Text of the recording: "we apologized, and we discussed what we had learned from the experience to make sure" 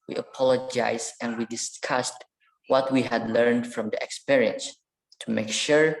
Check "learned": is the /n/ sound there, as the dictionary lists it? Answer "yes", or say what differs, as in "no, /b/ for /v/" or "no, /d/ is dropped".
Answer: yes